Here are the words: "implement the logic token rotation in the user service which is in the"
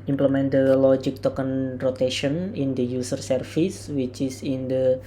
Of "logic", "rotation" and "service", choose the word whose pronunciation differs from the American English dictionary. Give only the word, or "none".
service